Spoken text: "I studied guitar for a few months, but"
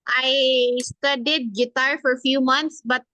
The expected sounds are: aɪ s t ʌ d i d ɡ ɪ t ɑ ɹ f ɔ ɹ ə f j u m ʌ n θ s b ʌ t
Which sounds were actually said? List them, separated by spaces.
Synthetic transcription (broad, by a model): aɪ s t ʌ d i d ɡ ɪ t ɑ ɹ f ɔ ɹ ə f j u m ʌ n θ s b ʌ t